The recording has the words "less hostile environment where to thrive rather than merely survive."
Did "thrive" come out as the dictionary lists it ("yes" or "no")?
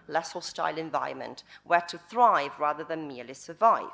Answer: yes